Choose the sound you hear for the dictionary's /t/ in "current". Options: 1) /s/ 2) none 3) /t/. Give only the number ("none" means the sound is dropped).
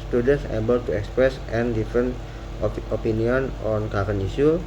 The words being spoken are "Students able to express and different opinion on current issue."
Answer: 2